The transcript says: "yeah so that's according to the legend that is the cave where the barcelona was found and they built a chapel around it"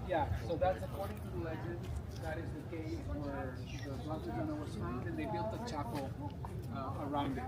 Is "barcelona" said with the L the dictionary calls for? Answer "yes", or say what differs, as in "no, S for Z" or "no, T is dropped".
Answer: no, N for L